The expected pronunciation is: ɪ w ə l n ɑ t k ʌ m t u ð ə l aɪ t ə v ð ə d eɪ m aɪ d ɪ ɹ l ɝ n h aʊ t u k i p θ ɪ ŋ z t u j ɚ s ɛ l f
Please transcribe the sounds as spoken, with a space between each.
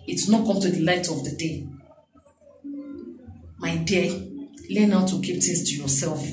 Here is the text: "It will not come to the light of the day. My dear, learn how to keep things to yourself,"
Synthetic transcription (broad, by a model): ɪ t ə n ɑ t k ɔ m t u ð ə l aɪ t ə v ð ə d eɪ m aɪ d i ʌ l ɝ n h aʊ t u k i p t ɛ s t u j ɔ s ɛ l f